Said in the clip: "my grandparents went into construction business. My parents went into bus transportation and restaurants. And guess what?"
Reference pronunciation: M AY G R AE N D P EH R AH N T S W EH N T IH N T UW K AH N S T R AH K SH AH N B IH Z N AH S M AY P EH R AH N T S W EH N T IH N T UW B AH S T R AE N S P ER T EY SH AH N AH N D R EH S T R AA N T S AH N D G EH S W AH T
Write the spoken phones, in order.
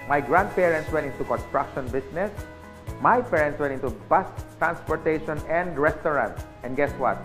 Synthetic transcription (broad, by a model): M AY G R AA N D P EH R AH N T S W EH N T IH N T UW K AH N S T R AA K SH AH N B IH S N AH S M AY P EH R AH N T S W EH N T IH N T UW B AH S T R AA N S P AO T EY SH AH N AH N D R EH S T R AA N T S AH N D G EH S W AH T